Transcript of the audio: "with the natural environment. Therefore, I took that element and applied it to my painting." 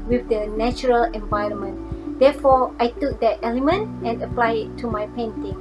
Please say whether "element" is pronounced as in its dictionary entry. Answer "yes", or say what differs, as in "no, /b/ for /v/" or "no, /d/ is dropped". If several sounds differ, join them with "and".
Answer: yes